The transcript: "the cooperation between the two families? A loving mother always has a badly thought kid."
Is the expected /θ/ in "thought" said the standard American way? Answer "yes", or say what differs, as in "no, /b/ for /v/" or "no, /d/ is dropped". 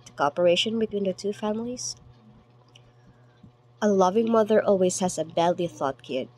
yes